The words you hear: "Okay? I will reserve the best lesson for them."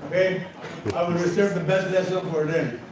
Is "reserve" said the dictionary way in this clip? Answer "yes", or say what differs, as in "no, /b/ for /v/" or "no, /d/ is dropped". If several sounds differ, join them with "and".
no, /s/ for /z/